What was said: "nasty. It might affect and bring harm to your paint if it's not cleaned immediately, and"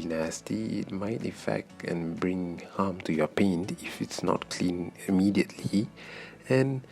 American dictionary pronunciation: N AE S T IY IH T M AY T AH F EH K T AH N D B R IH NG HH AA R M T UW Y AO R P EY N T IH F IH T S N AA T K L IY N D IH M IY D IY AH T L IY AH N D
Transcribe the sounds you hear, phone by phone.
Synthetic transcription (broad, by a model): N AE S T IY IH T M AY T AH F EH K T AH N B R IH NG HH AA M T UW Y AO P EY N T IH F IH T S N AA T K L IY N IH M IY D IY AH T L IY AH N